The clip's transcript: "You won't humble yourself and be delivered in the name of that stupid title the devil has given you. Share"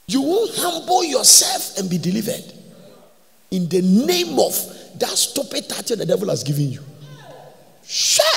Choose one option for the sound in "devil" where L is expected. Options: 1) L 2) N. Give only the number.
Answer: 1